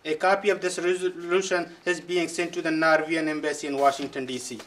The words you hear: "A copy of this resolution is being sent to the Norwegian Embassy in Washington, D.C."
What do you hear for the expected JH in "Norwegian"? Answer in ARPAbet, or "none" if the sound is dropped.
none